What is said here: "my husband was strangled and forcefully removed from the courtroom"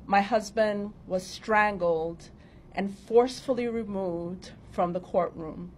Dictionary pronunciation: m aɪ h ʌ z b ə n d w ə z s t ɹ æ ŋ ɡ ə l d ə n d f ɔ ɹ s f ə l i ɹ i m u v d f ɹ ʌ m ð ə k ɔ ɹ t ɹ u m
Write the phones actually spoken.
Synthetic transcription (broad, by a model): m aɪ h ʌ z b ə n d w ə z s t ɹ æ ŋ ɡ l d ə n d f ɔ ɹ s f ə l i ɹ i m u v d f ɹ ʌ m ð ə k ɔ ɹ t ɹ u m